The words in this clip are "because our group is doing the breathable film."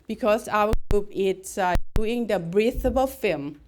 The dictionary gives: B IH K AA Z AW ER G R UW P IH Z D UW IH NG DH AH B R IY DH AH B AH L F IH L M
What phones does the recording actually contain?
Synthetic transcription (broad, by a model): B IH K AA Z AW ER G R UW P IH S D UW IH NG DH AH B R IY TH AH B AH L F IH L M